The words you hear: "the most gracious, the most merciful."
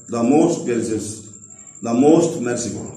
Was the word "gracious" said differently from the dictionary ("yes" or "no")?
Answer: yes